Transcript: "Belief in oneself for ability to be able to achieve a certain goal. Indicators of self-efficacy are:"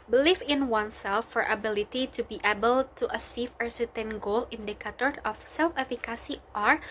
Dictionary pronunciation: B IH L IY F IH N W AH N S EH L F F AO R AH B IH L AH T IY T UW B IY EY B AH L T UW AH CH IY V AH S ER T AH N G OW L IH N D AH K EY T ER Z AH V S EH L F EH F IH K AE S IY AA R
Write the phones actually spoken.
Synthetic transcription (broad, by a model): B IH L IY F IH N W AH N S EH L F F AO R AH B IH L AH T IY T UW B IY EY B AH L T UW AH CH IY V AH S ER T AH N G OW L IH N D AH K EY T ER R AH F S EH L F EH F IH K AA S IY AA R